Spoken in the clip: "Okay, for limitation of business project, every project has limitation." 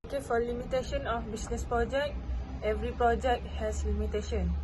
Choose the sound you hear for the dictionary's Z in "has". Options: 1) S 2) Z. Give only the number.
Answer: 1